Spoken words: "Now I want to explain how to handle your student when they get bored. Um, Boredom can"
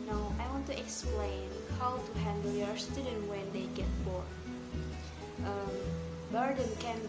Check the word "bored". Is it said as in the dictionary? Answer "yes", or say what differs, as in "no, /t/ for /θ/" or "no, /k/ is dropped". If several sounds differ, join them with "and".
no, /d/ is dropped